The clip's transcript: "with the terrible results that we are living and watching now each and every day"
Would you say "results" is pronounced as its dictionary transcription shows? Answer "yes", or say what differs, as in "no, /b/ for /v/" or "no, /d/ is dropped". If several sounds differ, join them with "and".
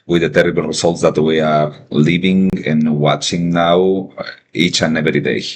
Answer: no, /s/ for /z/